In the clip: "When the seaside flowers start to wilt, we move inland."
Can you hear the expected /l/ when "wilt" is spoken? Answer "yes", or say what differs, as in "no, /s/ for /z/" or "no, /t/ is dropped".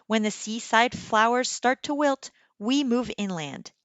yes